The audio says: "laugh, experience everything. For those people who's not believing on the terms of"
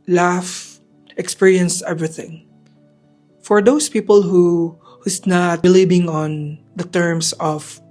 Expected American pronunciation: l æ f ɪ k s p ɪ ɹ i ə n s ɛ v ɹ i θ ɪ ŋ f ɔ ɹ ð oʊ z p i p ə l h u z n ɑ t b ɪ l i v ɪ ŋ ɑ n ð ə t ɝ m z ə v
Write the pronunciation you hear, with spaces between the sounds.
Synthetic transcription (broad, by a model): l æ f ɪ k s p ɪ ɹ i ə n s ɛ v ɹ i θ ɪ ŋ f ɔ ɹ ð oʊ s p i p ə l h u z n ɑ t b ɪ l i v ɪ ŋ ɑ n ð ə t ɝ m s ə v